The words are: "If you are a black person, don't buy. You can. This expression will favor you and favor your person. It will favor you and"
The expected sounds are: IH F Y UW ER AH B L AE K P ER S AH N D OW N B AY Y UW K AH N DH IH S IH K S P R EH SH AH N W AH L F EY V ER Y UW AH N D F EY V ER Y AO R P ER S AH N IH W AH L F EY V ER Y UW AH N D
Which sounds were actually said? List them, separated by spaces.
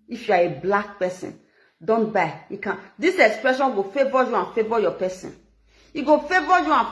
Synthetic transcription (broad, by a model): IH F Y UW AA AH B L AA K P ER S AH N D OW N B AY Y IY K AH N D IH S IH K S P R EH SH AH N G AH F EY V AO Y UW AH N F EY V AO Y AO P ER S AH N IH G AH F EY V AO Y UW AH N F